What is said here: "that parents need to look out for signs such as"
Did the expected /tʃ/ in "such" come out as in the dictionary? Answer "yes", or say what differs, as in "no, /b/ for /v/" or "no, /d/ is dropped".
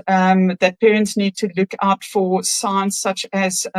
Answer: yes